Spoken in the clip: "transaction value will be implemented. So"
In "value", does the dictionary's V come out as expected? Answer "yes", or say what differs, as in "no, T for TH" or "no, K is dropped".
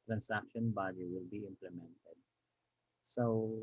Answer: no, B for V